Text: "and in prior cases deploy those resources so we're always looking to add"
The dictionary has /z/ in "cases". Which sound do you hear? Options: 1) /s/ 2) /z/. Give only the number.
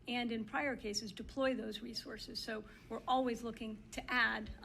2